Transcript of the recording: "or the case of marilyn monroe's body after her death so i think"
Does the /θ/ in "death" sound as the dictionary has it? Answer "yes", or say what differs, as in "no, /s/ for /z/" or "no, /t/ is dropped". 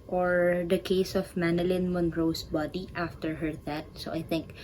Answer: no, /t/ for /θ/